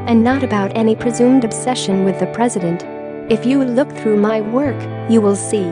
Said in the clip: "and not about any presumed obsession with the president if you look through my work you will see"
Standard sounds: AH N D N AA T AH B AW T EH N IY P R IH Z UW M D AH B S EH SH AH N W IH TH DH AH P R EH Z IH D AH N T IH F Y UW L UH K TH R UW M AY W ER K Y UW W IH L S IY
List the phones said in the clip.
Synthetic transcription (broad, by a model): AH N N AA T AH B AW T EH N IY P R IH Z UW M D AH B S EH SH AH N W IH DH AH P R EH Z IH D AH N T IH F Y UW L UH K TH R UW M AY W ER K Y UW W IH L S IY